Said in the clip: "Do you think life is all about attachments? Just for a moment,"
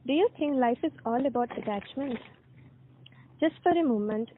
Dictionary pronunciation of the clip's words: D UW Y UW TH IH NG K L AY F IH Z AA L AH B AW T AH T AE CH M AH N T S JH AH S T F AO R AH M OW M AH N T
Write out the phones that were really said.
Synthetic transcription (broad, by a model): D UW Y UW T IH NG K L AY F IH Z AA L AH B AW T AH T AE CH M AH N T JH AH S T F AO R AH M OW M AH N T